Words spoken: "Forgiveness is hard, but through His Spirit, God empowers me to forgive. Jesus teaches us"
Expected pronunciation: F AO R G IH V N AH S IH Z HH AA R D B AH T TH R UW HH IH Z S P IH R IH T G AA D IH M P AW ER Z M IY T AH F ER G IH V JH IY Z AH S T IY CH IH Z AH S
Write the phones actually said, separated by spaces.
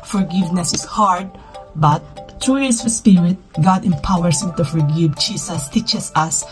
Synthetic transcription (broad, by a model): F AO R G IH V N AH S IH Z HH AA R D B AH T T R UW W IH S P IH R IH T G AA D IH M P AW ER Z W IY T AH F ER G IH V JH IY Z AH S T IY CH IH S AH S